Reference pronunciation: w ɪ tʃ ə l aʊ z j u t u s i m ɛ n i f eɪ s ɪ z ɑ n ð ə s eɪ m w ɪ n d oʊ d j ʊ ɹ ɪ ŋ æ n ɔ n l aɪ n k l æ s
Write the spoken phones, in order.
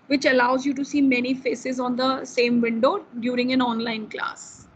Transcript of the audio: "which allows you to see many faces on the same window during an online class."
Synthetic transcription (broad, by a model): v ɪ tʃ ə l aʊ z j u t u s i m ɛ n i f eɪ s ɪ z ɑ n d ə s eɪ m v ɪ n d oʊ d j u ɹ ɪ ŋ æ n ɔ n l aɪ n k l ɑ s